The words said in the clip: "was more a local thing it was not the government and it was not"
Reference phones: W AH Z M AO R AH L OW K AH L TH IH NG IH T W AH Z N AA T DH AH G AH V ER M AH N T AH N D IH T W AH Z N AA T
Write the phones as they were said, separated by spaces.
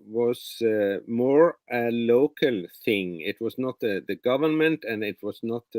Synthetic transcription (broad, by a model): W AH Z M AO R AH L OW K AH L TH IH NG IH T W AH Z N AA T DH AH G AH V ER M AH N T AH N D IH T W AH Z N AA T